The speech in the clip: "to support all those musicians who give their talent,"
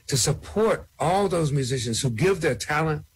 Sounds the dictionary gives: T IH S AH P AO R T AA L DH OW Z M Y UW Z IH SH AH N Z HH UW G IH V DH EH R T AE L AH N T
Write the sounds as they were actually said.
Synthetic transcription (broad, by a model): T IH S AH P AO R T AA L DH OW Z M Y UW Z IH SH AH N Z HH UW G IH V DH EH R T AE L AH N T